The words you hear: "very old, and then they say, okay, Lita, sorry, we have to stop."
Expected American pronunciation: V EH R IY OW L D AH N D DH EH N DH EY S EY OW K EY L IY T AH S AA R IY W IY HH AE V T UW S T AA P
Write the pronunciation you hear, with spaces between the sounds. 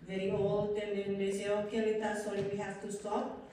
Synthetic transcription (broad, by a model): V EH R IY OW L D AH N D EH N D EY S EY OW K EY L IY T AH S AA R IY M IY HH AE F T UW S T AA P